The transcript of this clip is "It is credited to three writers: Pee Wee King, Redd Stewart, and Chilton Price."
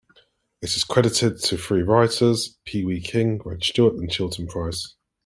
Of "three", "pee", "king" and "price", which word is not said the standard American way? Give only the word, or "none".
three